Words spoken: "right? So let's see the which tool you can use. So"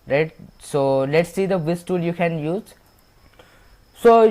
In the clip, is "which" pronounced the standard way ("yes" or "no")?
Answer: no